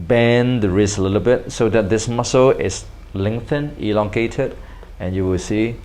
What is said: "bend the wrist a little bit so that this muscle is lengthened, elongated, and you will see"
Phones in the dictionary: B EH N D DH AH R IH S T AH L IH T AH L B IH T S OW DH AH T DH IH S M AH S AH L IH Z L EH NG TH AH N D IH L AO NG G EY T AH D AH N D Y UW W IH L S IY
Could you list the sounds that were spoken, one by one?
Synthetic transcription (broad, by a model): B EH N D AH R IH S AH L IH T AH L B IH T S OW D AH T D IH S M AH S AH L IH S L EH NG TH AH N IH L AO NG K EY T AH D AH N Y UW W IH L S IY